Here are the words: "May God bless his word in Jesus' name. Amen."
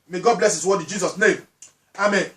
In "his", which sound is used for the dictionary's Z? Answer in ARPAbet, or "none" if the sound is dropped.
S